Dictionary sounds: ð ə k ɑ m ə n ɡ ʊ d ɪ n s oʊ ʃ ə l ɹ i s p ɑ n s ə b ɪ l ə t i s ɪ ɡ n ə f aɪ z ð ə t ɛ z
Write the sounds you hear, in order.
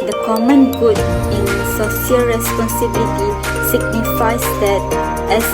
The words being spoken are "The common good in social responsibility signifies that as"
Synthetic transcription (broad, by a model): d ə k ɑ m ə n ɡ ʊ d ɪ n s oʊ s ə l ɹ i s p ɑ n s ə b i l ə t i s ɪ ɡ n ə f aɪ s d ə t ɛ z